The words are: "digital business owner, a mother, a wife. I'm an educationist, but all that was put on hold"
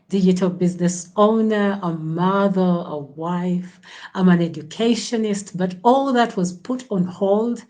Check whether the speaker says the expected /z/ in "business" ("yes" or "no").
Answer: yes